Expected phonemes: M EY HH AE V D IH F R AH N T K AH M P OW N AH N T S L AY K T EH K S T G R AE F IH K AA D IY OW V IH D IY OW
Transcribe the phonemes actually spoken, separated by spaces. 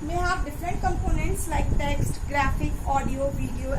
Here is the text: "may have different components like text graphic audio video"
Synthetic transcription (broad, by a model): M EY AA P D IH F R AH N T K AH M P OW N AH N T S L AY K T EH K S T G R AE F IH K AA D IY OW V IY D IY OW